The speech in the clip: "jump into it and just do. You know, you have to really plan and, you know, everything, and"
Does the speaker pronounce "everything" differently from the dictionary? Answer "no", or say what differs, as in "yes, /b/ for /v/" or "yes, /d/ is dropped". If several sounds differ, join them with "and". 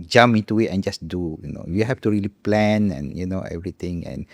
yes, /t/ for /θ/